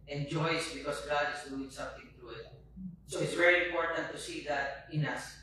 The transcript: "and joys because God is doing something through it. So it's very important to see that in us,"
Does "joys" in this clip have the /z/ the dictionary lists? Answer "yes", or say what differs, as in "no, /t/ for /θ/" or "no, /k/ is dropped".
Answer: no, /s/ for /z/